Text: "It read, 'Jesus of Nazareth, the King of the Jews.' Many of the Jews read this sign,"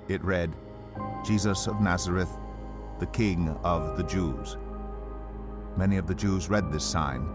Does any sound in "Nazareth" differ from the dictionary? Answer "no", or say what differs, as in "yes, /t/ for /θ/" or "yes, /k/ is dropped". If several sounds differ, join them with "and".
no